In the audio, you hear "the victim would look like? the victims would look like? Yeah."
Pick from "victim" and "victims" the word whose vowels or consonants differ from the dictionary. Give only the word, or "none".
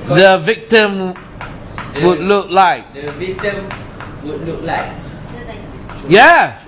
victims